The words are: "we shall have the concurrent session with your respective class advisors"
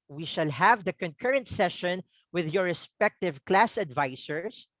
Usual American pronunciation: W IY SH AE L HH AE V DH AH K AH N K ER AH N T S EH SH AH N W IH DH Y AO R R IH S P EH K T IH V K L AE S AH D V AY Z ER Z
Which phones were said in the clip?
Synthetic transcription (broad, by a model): W IY SH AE L HH AE V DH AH K AH N K ER AH N T S EH SH AH N W IH DH Y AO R R IH S P EH K T IH V K L AE S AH D V AY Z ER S